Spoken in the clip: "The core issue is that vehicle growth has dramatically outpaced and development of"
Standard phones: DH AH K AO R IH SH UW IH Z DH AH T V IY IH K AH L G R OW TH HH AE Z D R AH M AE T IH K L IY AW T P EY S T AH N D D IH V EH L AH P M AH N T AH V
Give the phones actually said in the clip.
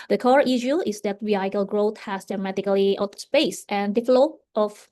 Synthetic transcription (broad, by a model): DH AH K AO R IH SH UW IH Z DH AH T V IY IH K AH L G R OW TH HH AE S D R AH M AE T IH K L IY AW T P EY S T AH N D D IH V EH L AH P AH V